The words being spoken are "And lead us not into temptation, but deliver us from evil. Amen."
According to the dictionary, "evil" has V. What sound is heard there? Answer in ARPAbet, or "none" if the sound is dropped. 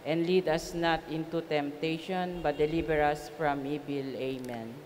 B